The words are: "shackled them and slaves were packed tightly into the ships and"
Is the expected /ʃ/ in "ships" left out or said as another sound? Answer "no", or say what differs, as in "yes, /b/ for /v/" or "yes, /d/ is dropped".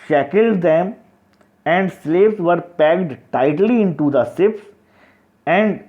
yes, /s/ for /ʃ/